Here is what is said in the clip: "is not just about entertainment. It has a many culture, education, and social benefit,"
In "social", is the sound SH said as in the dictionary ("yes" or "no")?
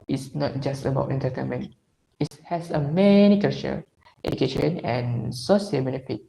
no